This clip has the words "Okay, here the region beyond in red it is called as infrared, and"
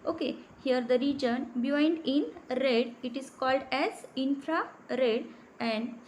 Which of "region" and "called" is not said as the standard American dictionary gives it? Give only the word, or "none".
none